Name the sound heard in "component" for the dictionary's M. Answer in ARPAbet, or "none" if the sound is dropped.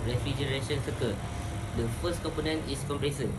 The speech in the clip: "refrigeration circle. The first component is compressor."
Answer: M